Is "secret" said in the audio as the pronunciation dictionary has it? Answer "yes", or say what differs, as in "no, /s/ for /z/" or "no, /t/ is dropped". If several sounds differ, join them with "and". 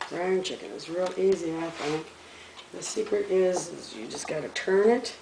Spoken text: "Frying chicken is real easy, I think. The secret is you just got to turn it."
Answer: yes